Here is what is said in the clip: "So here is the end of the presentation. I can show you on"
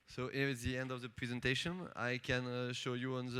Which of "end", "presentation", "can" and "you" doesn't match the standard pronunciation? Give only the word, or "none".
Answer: none